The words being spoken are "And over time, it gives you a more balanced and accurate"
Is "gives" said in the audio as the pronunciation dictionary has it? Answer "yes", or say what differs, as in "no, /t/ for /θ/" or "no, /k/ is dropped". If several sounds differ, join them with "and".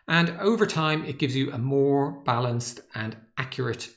yes